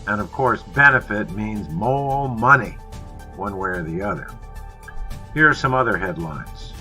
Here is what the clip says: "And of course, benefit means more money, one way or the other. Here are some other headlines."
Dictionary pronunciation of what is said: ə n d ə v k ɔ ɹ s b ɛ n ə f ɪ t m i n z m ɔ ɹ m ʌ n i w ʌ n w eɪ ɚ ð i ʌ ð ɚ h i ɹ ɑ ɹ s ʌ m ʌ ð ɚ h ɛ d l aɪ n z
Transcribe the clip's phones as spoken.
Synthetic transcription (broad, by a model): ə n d ə v k ɔ ɹ s b ɛ n ə f ɪ t m i n z m ɔ l m ʌ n i w ʌ n w eɪ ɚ ð i ʌ ð ɚ h i ɹ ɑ ɹ s ʌ m ʌ ð ɚ h ɛ d l aɪ n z